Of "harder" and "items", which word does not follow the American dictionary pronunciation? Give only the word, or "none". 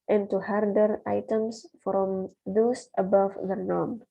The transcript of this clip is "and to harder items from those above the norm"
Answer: items